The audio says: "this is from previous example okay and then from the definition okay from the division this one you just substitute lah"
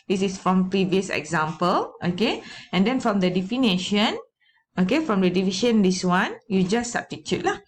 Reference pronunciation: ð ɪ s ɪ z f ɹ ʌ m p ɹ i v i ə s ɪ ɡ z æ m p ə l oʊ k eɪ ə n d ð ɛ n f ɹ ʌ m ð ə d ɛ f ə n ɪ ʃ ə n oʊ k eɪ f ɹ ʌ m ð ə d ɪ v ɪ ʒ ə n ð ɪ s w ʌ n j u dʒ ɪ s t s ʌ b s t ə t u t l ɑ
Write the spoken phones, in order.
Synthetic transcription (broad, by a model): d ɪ s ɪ s f ɹ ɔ m p ɹ i v i ə s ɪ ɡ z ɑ m p ə l oʊ k eɪ ə n d ɛ n f ɹ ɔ m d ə d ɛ f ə n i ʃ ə n oʊ k eɪ f ɹ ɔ m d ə d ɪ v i ʃ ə n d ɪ s w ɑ n j u dʒ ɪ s s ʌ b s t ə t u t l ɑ